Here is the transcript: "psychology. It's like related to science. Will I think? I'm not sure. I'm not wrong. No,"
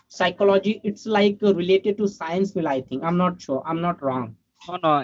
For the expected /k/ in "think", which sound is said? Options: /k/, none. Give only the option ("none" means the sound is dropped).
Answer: none